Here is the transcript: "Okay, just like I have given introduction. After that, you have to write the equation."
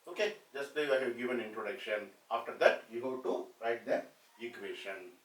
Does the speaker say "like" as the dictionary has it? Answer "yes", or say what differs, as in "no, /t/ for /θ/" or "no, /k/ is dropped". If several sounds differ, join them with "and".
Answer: no, /k/ is dropped